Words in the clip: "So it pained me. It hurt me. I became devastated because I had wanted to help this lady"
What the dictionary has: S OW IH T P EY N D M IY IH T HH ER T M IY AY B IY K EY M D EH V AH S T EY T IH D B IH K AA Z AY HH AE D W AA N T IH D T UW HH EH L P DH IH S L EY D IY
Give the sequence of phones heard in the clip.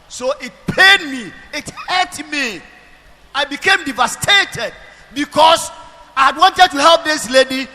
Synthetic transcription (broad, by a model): S OW IH T P EY D M IY IH T HH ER T M IY AY B IY K EY M D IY V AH S T EY T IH D B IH K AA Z AY HH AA D W AA N T IH D T UW HH EH L P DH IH S L EY D IY